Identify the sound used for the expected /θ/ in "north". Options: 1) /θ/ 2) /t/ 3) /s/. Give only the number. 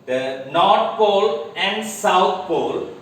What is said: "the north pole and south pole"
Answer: 2